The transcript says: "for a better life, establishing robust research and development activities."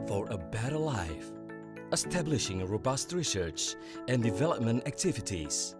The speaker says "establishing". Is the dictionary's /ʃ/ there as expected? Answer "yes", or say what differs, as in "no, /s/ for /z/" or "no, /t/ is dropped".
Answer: yes